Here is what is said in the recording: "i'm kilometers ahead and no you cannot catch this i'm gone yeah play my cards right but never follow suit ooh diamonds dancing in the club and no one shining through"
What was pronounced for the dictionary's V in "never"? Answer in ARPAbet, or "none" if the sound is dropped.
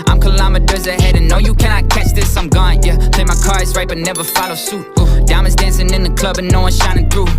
V